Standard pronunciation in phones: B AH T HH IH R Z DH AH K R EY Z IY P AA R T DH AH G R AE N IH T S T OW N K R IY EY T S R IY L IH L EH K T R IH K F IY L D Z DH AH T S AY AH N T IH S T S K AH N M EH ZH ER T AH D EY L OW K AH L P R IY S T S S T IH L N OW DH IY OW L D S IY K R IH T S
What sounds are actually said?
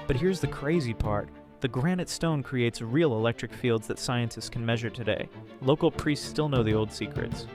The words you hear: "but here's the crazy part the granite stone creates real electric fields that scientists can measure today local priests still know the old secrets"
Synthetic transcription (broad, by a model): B AH T HH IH R Z DH AH K R EY Z IY P AA R T DH AH G R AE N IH T S T OW N K R IY EY T S R IY L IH L EH K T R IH K F IY L D Z DH AH T S AY AH N T IH S T S K N M EH ZH ER T AH D EY L OW K L P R IY S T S S T IH L N OW DH IY OW L D S IY K R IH T S